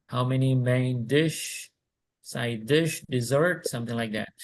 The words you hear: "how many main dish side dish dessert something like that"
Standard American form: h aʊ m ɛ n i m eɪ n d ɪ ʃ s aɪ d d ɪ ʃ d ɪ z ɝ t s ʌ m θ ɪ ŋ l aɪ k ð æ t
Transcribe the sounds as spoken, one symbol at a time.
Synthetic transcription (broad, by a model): h aʊ m ɛ n i m eɪ n d ɪ ʃ s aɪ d d ɪ ʃ d ɪ z ɝ t s ʌ m θ ɪ ŋ l aɪ k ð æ t